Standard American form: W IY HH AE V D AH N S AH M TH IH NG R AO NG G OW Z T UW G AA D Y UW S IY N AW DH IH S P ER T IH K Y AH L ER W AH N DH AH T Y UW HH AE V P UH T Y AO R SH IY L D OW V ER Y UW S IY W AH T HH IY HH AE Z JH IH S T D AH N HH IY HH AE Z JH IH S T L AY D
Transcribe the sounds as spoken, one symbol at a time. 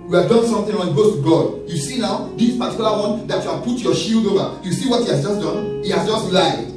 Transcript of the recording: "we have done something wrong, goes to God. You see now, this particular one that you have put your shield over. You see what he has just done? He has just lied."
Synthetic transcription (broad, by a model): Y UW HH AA V D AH N S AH M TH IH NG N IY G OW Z T UW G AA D Y UW S IY N AW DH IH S P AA T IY K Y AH L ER W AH N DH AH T Y UW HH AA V P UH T Y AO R SH IY L D OW V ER Y UW S IY W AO T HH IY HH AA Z JH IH S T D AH N HH IY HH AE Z JH IH S T L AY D